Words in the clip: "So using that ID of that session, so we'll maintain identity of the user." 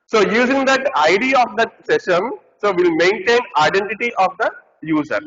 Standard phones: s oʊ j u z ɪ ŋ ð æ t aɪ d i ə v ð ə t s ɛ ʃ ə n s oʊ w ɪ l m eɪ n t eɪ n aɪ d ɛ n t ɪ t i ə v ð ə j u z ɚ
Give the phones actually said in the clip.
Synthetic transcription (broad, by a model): s oʊ j u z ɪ ŋ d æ t aɪ d i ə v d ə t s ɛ s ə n s oʊ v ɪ l m eɪ n t eɪ n aɪ d ɛ n t ɪ t i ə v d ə j u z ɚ